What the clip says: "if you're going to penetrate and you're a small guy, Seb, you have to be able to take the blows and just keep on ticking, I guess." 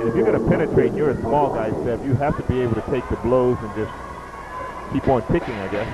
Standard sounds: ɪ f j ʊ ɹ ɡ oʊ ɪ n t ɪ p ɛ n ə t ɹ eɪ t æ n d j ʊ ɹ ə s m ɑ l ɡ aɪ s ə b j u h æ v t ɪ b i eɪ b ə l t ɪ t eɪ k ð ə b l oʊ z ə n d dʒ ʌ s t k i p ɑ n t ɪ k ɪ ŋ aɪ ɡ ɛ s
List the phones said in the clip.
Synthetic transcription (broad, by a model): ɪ f j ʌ ɹ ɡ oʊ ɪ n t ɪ p ɛ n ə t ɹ eɪ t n j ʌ ɹ ə s m ɑ l ɡ aɪ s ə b j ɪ h æ f t ɪ b i eɪ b l t ɪ t eɪ k ð ə b l oʊ z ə n dʒ ʌ s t k i p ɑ n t ɪ k ɪ ŋ aɪ ɡ ɛ s